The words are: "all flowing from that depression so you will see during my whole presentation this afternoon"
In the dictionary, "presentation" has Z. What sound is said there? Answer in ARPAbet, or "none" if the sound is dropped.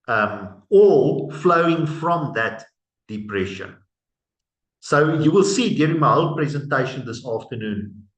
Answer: Z